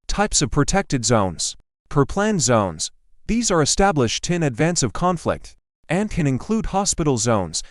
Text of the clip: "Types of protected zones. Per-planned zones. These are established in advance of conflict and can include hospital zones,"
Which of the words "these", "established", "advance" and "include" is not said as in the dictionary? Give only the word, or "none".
none